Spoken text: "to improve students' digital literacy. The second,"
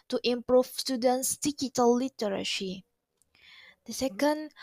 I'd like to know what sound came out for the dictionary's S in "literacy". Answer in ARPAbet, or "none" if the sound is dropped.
SH